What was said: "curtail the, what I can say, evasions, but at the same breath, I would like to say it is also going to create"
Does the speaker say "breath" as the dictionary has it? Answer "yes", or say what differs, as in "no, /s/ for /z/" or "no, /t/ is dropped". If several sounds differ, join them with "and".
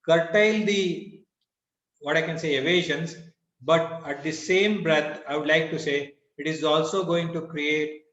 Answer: no, /t/ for /θ/